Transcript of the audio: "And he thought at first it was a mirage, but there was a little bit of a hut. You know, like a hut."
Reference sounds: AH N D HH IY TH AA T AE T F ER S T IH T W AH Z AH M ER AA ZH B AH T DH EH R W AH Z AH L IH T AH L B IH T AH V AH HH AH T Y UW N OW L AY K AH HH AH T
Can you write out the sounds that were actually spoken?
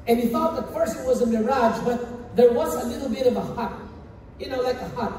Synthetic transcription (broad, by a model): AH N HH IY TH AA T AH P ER S IH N W AH Z AH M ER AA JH B AH T DH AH R W AH Z AH L IH T L B IH T AH V AH HH AH T Y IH N OW L AY K AH HH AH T